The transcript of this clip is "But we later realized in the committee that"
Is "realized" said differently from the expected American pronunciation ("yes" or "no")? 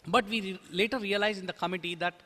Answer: yes